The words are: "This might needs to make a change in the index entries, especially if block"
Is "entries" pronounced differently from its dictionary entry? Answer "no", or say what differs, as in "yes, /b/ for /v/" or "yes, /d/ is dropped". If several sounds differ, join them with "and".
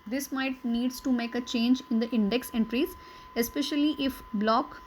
no